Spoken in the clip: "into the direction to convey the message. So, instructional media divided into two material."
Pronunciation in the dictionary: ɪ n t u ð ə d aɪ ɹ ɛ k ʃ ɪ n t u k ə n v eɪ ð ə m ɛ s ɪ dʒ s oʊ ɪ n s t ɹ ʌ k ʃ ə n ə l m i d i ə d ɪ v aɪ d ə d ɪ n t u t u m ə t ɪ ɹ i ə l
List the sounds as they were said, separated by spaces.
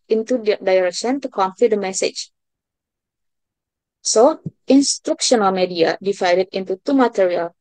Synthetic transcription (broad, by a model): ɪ n t u d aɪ ɹ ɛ k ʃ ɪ n t u k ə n f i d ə m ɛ s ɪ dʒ s oʊ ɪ n s t ɹ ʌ k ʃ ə n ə l m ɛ d i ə d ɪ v aɪ d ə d ɪ n t u t u m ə t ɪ ɹ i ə l